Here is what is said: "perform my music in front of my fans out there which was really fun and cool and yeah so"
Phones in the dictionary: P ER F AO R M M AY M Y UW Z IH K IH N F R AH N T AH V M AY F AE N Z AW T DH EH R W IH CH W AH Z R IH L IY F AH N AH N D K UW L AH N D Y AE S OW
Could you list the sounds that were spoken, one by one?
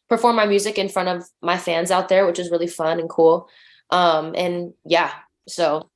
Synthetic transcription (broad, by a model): P ER F AO R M M AY M Y UW Z IH K IH N F R AH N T AH V M AY F AE N Z AW T DH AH R W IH CH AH Z R IH L IY F AH N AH N K UW L AH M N Y AE S OW